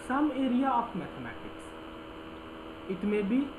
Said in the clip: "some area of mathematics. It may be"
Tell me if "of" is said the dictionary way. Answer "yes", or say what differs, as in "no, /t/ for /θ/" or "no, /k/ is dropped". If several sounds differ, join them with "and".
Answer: no, /p/ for /v/